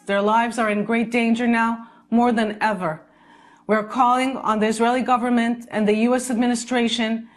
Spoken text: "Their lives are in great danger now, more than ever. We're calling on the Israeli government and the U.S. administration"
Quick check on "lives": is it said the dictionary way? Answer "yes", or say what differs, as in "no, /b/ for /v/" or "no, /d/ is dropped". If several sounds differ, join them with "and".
yes